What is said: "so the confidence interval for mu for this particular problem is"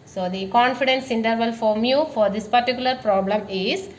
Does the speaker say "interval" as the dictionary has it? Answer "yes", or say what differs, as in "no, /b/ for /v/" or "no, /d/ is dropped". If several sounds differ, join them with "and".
yes